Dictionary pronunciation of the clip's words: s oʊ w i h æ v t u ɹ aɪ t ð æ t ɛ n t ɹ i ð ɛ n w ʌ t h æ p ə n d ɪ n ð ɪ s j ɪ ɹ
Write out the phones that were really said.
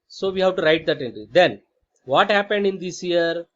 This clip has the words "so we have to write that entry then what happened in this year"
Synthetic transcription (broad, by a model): s oʊ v i h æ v t u ɹ aɪ t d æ t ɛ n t ɹ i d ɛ n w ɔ t h æ p ə n d ɪ n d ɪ s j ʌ ɹ